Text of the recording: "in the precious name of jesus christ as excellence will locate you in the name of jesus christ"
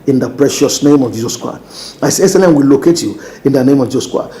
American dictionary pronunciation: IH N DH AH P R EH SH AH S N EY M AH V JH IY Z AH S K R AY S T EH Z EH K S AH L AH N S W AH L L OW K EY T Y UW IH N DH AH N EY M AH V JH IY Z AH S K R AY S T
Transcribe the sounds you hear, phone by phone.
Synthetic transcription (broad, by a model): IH N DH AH P R EH SH AH S N EY M AH V JH IY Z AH S K R AY S T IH S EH S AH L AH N W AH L L OW K EY T Y UW IH N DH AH N EY M AH V JH IY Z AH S K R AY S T